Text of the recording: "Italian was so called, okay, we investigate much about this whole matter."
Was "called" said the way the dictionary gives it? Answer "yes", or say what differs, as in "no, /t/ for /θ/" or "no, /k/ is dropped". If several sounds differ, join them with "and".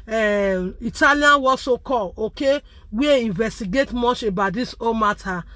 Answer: no, /d/ is dropped